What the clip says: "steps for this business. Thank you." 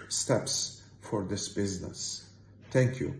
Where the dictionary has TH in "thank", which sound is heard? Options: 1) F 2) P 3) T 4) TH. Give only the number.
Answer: 3